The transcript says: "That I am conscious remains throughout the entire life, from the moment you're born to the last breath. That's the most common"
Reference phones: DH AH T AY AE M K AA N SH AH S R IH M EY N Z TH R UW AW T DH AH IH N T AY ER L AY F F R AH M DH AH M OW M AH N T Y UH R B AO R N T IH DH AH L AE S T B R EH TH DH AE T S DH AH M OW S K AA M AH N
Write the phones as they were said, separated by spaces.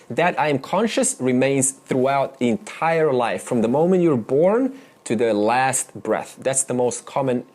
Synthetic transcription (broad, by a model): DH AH T AY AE M K AA N SH AH S R IH M EY N Z TH R UW AW T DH IH N T AY ER L AY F F R AH M DH AH M OW M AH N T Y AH R B AO R N T IH DH AH L AE S T B R EH TH DH AE T S DH AH M OW S K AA M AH N